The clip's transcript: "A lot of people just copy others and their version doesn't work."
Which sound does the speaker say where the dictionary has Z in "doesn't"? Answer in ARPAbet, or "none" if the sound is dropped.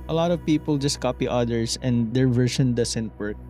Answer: S